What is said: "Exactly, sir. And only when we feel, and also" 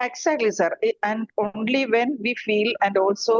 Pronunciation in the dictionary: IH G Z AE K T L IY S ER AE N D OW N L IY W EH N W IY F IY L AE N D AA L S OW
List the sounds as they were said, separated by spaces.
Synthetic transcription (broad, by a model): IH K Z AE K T L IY S ER AE N D OW N L IY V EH N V IY F IY L AE N D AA L S OW